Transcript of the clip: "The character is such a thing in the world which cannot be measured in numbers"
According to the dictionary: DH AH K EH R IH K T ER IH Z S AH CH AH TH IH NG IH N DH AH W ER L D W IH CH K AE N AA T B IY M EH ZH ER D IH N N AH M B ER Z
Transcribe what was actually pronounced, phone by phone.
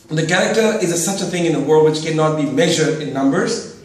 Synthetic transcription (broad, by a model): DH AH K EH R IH K T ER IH Z S AH CH AH TH IH NG IH N DH AH W ER L D W IH CH K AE N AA T B IY M EH ZH ER D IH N N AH M B ER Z